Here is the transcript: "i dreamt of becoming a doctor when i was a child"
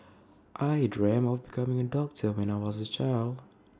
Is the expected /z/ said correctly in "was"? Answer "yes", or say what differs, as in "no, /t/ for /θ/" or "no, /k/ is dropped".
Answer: yes